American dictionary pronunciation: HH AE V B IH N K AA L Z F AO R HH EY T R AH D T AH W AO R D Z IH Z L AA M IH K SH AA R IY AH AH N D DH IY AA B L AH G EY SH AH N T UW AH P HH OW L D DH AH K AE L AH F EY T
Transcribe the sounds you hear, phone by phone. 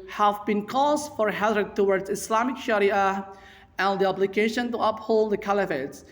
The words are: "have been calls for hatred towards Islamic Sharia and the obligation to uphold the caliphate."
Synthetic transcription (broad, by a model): HH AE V B IH N K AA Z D F AO R HH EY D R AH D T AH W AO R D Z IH S L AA M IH K SH AA R IY AH AH N D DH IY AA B L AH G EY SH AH N T UW AH P HH OW L D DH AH K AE L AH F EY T